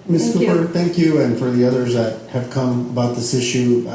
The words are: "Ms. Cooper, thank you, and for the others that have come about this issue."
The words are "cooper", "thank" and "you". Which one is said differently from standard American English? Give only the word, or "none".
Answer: none